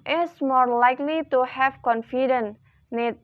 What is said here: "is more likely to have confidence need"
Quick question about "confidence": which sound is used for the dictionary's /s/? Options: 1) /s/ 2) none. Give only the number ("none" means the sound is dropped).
2